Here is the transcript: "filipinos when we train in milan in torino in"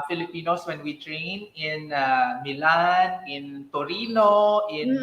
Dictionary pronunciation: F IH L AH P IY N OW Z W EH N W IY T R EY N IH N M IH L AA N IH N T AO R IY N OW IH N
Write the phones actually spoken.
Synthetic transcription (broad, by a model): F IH L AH P IY N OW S W EH N W IY T R EY N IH N M IH L AA N IH N T AO R IY N OW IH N